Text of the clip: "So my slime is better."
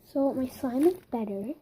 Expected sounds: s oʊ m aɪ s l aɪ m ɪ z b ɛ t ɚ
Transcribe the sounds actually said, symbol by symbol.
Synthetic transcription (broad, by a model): s oʊ m aɪ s aɪ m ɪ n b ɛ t ɚ